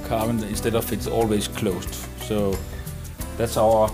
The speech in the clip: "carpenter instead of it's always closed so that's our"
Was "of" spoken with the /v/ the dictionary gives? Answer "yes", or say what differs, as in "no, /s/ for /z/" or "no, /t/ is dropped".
no, /f/ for /v/